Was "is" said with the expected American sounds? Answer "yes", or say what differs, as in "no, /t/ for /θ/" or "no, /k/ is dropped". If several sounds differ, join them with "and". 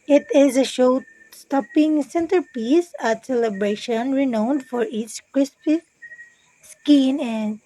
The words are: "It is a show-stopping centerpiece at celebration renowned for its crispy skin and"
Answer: yes